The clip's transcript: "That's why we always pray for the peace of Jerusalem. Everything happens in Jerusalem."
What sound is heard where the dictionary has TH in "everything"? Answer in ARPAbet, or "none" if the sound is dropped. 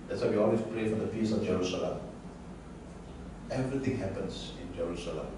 T